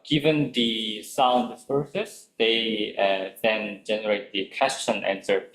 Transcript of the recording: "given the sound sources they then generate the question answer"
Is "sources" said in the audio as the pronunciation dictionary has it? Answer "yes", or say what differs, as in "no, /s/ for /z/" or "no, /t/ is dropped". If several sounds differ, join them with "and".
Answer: no, /s/ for /z/